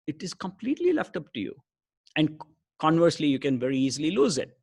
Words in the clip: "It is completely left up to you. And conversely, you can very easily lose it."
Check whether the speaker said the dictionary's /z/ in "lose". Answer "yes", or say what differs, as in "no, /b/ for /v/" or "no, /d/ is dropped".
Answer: yes